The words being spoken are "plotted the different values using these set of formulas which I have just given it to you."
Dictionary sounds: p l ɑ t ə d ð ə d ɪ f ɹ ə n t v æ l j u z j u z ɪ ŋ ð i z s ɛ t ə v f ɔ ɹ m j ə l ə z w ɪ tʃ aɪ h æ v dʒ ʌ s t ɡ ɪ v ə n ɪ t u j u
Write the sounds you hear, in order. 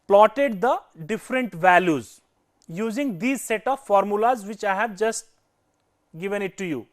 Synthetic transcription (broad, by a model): p l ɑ t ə d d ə d ɪ f ɹ ə n t v æ l j u z j u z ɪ ŋ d i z s ɛ t ə v f ɔ ɹ m j ə l ə z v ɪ tʃ aɪ h æ v dʒ ʌ s t ɡ ɪ v ə n ɪ t u j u